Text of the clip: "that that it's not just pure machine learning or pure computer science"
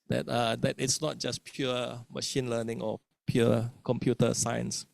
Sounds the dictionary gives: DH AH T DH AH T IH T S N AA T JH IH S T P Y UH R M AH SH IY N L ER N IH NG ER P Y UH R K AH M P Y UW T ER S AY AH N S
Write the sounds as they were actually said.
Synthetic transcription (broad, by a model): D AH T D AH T IH T S N AA T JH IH S P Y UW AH M AH SH IY N L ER N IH NG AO P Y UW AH K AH M P Y UW T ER S AY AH N S